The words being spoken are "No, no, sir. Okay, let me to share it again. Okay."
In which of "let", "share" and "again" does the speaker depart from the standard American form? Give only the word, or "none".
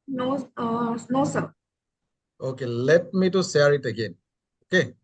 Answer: share